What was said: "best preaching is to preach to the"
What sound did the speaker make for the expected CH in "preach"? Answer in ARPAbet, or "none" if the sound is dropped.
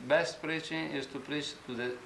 CH